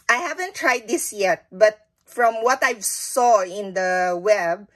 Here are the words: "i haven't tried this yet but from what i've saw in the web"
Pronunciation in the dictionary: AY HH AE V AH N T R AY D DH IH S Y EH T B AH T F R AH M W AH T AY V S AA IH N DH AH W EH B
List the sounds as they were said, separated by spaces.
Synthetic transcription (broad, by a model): AY HH AE V AH N T R AY D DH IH S Y EH T B AH T F R AH M W AH T AY V S AA IH N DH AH W EH B